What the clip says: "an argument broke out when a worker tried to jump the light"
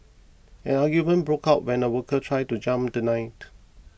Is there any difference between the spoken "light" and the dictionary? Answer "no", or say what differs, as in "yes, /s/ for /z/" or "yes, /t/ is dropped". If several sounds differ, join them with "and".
yes, /n/ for /l/